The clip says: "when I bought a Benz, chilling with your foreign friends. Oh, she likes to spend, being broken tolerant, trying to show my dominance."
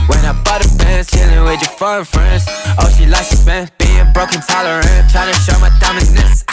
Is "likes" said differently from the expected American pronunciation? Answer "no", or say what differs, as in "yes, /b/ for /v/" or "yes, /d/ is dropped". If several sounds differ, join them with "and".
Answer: yes, /k/ is dropped